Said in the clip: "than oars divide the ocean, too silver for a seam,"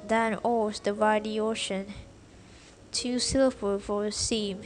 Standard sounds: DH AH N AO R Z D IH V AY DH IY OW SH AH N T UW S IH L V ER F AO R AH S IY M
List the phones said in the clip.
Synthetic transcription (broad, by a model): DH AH N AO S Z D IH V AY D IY OW SH AH N T UW S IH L ER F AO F AH S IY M